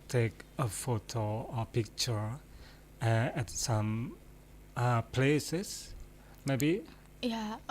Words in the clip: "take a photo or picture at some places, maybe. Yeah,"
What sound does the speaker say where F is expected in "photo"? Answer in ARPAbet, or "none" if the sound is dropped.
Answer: F